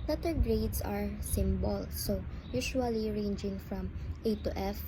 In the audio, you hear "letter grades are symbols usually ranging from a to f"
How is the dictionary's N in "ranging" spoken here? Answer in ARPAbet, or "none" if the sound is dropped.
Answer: N